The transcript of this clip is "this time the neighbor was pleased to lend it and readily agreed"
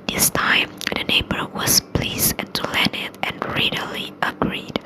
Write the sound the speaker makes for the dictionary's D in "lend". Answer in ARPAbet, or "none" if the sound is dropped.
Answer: none